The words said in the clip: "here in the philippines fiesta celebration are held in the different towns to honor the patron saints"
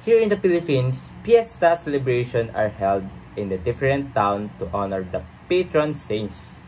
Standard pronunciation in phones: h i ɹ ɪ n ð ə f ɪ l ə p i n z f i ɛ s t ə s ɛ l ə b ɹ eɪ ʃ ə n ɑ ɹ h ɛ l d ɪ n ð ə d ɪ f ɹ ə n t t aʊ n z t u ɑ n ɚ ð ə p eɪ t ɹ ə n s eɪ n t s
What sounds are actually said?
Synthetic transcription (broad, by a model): h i ɹ ɪ n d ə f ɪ l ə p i n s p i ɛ s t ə s ɛ l ə b ɹ eɪ ʃ ə n ɑ ɹ h ɛ l d ɪ n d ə d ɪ f ɹ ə n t t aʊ n t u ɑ n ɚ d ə p eɪ t ɹ ə n s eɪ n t s